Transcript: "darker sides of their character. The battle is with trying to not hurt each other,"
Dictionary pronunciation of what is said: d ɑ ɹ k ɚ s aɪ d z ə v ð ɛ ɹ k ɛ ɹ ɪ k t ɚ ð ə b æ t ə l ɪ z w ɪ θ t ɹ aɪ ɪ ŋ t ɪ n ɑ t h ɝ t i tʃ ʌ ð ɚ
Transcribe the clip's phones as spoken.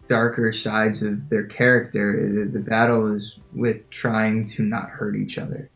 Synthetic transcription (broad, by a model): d ɑ ɹ k ɚ s aɪ d z ə v ð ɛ ɹ k ɛ ɹ ɪ k t ɚ ð ə b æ t l ɪ z w ɪ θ t ɹ aɪ ɪ ŋ t ɪ n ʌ t h ɝ t i tʃ ʌ ð ɚ